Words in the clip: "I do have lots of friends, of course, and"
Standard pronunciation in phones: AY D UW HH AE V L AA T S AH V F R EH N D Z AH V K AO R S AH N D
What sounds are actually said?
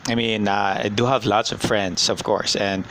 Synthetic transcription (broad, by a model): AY D UW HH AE V L AA T S AH V F R EH N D S AH V K AO R S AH N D